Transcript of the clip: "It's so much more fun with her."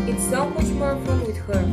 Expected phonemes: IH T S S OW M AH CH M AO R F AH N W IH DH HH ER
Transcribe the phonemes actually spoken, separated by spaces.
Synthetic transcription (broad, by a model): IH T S S OW M AH CH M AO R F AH L W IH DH HH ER